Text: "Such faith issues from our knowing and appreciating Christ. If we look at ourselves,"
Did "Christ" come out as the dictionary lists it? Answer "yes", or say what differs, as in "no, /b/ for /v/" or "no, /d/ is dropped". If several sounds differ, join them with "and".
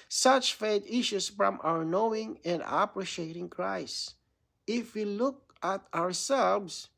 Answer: no, /t/ is dropped